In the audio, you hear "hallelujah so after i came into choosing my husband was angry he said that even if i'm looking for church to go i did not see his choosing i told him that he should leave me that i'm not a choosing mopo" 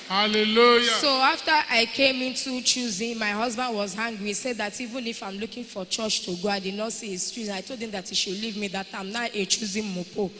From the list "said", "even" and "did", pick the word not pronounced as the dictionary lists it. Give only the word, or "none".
none